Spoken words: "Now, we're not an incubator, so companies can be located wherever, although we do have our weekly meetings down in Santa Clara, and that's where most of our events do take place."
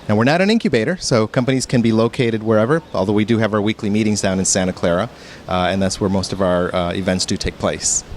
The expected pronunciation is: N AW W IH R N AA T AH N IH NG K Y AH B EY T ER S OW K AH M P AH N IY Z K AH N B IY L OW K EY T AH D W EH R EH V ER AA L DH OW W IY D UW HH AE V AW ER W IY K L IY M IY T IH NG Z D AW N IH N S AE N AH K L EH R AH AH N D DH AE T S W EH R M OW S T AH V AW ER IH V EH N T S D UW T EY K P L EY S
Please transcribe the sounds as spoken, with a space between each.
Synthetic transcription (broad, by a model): N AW W IH R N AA T AH N IH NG K Y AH B EY T ER S OW K AH M P AH N IY Z K AH N B IY L OW K EY T AH D W EH R EH V ER AA L DH OW W IY D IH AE V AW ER W IY K L IY M IY T IH NG Z D AW N IH N S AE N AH K L EH R AH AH N DH AE T S W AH R M OW S T AH V AW ER IH V EH N T S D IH T EY K P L EY S